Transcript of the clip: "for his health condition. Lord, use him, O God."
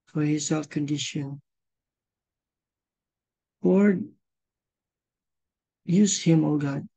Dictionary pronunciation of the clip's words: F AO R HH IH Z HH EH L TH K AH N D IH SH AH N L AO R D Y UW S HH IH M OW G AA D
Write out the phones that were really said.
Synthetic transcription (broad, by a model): F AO R HH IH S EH L F K AH N D IH SH AH N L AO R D Y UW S HH IH M OW G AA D